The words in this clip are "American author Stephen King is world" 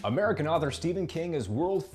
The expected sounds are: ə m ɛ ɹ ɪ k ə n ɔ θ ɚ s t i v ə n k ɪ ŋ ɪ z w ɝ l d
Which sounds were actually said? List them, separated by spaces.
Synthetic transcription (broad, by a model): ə m ɛ ɹ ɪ k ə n ɔ θ ɚ s t i v ə n k ɪ ŋ ɪ z w ɝ l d